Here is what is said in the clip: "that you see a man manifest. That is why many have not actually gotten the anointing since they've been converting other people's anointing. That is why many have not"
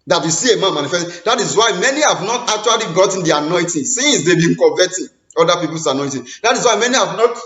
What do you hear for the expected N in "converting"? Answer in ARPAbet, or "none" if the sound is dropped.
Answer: none